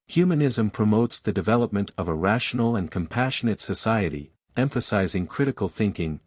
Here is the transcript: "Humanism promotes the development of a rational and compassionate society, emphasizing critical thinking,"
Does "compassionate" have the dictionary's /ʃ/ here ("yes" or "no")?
yes